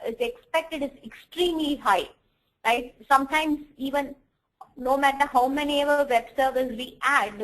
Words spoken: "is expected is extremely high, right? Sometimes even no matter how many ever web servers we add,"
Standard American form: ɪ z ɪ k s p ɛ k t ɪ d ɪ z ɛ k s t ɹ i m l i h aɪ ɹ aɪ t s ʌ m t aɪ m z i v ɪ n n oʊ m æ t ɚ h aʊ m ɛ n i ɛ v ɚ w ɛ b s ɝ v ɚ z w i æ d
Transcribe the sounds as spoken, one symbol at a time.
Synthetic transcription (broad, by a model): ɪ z ɪ k s p ɛ k t ɪ d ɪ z ɛ k s t ɹ i m l i h aɪ l aɪ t s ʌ m t aɪ m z i v ɪ n n oʊ m æ t ɚ h aʊ m ɛ n i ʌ v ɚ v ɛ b s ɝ v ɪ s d i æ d